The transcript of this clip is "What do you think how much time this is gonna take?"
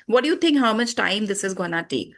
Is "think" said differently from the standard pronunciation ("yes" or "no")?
yes